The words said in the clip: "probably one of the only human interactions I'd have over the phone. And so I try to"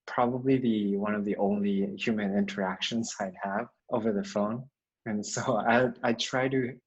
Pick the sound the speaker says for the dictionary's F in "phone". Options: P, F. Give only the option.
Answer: F